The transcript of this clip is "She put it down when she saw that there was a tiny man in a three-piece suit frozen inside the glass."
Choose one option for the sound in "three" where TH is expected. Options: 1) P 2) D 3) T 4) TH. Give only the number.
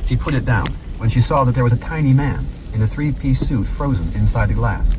4